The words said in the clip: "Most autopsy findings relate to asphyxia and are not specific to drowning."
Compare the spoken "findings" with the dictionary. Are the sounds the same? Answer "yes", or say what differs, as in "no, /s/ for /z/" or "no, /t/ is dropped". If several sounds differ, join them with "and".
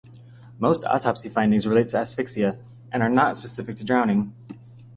yes